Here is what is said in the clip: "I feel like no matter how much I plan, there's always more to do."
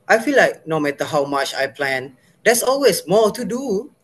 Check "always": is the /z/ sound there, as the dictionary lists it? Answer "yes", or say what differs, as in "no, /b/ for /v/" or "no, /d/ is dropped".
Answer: no, /s/ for /z/